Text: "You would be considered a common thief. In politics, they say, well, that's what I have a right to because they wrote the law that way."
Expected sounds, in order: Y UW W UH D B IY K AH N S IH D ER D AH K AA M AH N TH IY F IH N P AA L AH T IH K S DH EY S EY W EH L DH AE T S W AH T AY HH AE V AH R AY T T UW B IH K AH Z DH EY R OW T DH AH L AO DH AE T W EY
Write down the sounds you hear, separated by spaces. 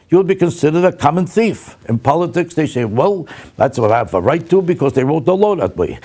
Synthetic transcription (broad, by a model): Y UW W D B IY K AH N S IH D ER D AH K AA M AH N TH IY F IH N P AA L AH T IH K S DH EY S EY W EH L DH AE T S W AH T AY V AH R AY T T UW B IH K AH Z DH EY R OW T DH AH L AO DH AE T W EY